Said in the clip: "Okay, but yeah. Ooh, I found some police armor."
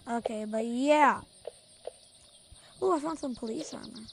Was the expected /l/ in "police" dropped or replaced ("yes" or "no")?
no